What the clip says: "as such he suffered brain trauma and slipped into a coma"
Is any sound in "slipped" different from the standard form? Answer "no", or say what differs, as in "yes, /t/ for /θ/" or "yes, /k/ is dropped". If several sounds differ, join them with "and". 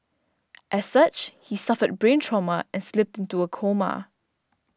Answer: no